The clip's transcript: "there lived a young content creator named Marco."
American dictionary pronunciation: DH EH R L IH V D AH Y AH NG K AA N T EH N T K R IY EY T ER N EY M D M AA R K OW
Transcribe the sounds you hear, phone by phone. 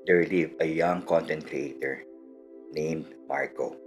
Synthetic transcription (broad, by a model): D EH R L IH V AH Y AH NG K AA N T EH N T R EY T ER N EY M D M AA R K OW